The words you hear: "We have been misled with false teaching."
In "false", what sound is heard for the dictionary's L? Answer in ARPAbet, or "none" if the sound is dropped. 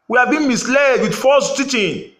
none